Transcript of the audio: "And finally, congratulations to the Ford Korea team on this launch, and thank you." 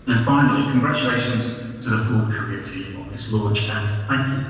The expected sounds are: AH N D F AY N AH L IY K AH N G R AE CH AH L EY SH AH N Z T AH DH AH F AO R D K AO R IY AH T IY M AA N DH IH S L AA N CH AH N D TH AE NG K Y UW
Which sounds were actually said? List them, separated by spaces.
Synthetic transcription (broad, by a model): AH N F AY N AH L IY K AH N G R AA CH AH L EY SH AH N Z T AH DH AH F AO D K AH R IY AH T IY M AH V DH IH S L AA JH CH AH N TH AE NG K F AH